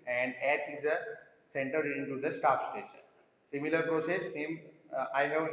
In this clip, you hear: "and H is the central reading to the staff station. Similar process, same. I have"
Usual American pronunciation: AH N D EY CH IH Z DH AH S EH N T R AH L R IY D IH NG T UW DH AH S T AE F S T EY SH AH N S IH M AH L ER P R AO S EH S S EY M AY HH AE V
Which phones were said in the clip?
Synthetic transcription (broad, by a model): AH N D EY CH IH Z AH S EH N T AH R D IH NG T UW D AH S T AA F S T EY SH AH N S IH M AH L ER P R AO S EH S S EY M AY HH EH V